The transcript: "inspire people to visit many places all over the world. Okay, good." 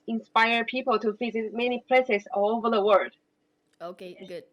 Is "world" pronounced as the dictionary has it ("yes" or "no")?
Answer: no